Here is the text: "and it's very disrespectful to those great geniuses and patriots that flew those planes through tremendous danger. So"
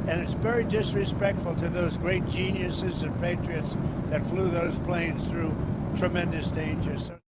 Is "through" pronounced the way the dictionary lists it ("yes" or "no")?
yes